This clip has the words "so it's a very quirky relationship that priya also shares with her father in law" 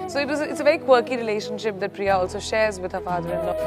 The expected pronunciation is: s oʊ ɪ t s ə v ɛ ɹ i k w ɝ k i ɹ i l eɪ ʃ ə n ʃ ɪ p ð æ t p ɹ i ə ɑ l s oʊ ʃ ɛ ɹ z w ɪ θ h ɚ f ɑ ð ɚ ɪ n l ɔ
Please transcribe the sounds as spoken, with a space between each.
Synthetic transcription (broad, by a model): s oʊ ɪ t s ə v ɛ ɹ i k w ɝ k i ɹ i l eɪ ʃ ə n ʃ ɪ p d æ t p ɹ i ə ɑ l s oʊ ʃ ɛ ɹ z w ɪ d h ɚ f ɑ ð ɚ ɪ n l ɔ